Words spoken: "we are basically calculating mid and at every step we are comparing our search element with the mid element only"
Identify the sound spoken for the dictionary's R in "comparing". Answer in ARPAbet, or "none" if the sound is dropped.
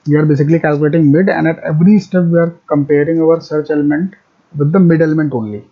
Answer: R